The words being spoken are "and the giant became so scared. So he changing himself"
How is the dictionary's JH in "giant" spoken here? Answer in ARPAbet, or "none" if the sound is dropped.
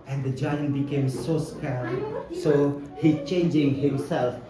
JH